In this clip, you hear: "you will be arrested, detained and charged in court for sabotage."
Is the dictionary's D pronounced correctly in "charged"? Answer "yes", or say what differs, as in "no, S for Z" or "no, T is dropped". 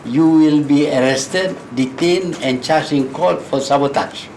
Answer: no, D is dropped